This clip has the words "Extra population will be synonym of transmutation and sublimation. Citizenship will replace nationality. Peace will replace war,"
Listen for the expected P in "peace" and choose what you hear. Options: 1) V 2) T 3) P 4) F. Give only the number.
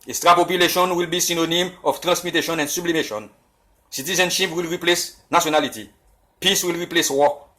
3